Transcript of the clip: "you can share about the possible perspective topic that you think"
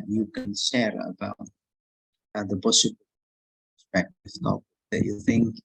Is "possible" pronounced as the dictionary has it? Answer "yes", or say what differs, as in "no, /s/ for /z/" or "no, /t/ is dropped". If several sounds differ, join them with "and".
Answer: no, /b/ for /p/